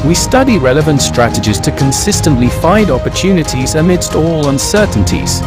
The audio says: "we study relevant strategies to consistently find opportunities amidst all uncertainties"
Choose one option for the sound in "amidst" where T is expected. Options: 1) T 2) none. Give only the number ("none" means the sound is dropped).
1